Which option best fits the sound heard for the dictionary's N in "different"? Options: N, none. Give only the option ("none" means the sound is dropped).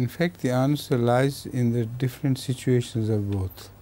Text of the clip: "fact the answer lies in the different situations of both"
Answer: N